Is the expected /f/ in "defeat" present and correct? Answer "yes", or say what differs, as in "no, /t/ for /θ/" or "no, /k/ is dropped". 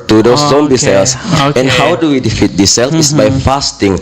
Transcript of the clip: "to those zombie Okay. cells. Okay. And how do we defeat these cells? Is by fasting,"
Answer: yes